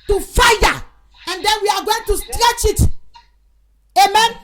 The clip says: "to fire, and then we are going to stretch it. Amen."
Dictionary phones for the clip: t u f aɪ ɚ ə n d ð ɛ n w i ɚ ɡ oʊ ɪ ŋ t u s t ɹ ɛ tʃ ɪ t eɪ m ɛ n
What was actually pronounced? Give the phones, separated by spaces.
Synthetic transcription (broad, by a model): t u f aɪ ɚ ə n d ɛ n w i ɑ ɡ oʊ ɪ ŋ t u s t ɹ ɛ tʃ ɪ t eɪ m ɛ n